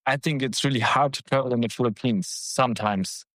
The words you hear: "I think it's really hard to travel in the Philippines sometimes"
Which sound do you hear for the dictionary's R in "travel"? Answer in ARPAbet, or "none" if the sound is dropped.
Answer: none